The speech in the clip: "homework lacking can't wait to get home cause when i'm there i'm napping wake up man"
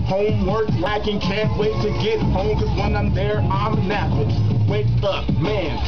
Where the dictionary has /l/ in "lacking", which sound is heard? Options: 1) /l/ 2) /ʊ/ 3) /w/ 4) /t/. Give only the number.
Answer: 3